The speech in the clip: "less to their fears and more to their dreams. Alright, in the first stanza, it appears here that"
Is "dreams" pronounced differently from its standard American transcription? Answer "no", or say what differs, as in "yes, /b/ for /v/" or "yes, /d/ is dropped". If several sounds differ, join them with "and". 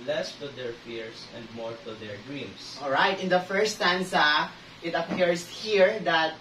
yes, /s/ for /z/